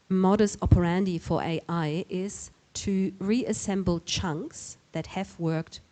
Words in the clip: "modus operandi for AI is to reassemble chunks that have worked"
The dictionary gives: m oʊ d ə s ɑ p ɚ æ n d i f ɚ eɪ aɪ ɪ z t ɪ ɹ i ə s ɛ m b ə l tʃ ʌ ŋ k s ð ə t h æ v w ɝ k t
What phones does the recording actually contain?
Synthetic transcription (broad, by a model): m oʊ d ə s ɑ p ɚ æ n d i f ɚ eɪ aɪ ɪ z t ɪ ɹ i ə s ɛ m b l tʃ ʌ ŋ k s ð ə t h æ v w ɝ k t